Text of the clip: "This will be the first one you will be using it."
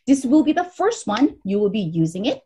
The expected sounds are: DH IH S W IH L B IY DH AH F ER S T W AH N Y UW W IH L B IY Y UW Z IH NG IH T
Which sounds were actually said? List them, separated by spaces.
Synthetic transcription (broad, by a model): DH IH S W IH L B IY DH AH F ER S T W AH N Y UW W IH L B IY Y UW Z IH NG IH T